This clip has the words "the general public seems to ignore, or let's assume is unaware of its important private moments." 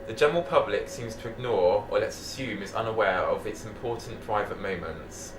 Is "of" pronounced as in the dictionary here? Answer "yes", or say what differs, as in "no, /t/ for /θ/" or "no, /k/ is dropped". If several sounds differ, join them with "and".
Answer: yes